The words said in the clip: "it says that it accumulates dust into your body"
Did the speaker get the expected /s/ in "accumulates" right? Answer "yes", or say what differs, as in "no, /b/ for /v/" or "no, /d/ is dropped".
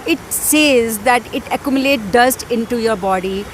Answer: no, /s/ is dropped